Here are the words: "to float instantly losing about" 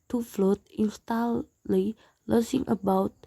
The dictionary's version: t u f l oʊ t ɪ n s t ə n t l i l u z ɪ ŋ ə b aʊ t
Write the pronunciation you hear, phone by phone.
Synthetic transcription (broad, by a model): t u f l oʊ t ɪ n s t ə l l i l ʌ s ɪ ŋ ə b aʊ t